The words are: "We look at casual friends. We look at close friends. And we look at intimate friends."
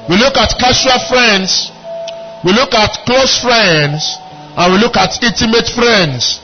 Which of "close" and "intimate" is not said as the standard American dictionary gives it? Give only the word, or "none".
intimate